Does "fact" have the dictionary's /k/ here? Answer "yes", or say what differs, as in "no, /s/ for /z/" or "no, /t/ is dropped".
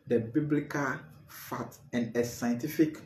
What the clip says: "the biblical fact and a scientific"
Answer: no, /k/ is dropped